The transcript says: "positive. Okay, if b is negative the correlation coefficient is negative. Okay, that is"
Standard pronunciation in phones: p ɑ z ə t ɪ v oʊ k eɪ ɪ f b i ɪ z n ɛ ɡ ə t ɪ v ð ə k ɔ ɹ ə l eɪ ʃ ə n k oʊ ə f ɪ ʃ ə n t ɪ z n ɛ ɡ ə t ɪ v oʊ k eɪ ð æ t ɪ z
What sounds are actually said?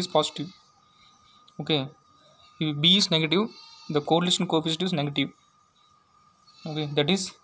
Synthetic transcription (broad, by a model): p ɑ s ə t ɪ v oʊ k eɪ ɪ b i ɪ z n ɛ ɡ ə t ɪ v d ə k ɔ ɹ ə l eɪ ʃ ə n k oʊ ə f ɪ s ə t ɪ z n ɛ ɡ ə t ɪ v oʊ k eɪ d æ t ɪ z